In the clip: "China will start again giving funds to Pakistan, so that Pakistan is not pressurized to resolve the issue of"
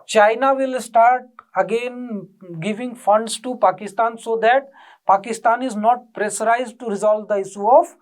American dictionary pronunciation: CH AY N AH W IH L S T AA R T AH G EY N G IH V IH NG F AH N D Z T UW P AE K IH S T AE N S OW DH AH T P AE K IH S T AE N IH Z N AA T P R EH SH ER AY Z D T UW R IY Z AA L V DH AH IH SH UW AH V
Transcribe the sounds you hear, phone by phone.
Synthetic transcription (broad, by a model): CH AY N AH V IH L S T AA R T AH G EY N G IH V IH NG F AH N D S T UW P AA K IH S T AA N S OW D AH T P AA K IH S T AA N IH Z N AA T P R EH S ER AY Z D T UW R IY Z AA L V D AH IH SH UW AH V